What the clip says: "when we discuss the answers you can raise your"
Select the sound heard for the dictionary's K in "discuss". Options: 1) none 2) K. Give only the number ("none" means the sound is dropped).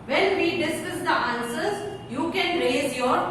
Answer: 1